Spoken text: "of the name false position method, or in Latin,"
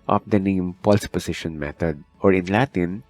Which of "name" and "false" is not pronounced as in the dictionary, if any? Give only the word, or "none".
false